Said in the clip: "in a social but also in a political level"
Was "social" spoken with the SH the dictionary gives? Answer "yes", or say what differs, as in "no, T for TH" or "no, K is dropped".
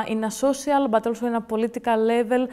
no, S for SH